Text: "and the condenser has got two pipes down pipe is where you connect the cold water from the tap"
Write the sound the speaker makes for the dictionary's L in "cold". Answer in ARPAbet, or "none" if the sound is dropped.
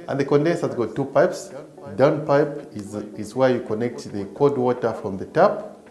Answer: none